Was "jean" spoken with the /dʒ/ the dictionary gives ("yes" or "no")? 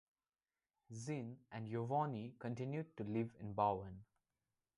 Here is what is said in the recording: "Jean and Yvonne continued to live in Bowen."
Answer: no